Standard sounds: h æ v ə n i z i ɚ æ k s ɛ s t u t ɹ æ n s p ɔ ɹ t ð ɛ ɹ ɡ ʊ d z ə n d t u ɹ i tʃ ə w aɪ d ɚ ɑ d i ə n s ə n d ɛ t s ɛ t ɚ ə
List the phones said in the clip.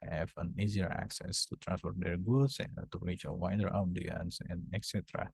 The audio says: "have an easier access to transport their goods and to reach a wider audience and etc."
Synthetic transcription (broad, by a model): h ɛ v ə n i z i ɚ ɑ k s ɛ s t u t ɹ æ n s f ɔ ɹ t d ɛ ɹ ɡ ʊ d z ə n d t u ɹ i tʃ ə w aɪ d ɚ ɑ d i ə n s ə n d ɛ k s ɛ t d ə